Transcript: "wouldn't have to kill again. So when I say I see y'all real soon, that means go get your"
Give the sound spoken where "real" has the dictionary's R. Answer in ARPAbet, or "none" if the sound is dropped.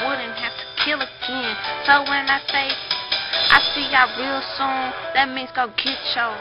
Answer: R